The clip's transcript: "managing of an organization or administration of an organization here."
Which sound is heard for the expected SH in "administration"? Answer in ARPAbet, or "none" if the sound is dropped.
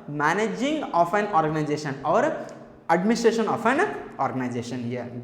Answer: S